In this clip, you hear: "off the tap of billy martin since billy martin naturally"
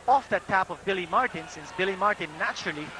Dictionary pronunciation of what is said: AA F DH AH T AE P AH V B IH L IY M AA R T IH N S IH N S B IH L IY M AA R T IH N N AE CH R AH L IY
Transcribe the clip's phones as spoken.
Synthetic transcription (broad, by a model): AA F DH AH T AE P AH V B IH L IY M AA R T IH N S IH N S B IH L IY M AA R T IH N N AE CH R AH L IY